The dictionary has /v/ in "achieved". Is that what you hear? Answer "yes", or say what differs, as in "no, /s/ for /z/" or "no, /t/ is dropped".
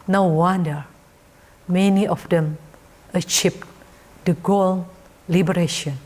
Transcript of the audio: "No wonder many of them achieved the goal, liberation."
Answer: no, /p/ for /v/